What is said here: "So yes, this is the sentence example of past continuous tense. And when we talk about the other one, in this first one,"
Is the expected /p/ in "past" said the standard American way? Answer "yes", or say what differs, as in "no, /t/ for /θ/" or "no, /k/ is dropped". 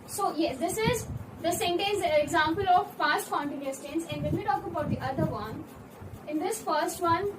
no, /f/ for /p/